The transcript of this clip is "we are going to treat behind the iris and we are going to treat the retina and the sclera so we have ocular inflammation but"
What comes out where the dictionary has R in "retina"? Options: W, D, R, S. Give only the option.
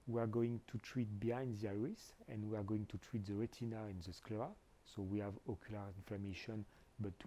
R